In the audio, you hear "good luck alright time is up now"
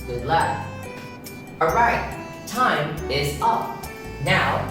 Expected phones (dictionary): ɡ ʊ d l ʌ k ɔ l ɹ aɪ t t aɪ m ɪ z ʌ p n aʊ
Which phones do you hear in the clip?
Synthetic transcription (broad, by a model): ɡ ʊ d l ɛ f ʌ ɹ aɪ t t aɪ m ɪ z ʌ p n aʊ